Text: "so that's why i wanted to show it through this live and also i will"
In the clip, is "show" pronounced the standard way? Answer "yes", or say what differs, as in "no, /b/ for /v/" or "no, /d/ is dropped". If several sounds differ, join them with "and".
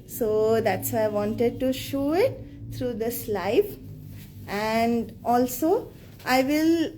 yes